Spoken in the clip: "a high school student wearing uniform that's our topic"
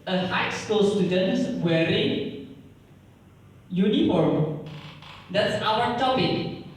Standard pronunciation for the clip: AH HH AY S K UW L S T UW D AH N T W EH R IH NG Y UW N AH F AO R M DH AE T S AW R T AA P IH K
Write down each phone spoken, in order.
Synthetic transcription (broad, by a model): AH HH AY S K UW L S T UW D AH N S W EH R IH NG Y UW N AH F AO R M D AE T S AW W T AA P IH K